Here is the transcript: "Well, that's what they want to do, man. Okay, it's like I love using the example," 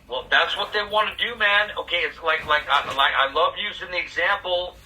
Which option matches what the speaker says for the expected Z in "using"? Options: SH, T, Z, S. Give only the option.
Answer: Z